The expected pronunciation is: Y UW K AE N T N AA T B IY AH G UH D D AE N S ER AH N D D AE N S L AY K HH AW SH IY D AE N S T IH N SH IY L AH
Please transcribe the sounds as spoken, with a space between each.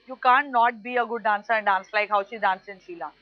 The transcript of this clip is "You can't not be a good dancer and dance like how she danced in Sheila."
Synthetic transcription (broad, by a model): Y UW K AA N N AA T B IY AH G UH D D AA N S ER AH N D D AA N S L AY K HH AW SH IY D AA N S IH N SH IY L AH